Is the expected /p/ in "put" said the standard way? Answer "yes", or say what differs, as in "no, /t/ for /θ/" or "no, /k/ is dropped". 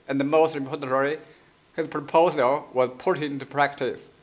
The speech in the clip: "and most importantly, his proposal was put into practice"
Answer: yes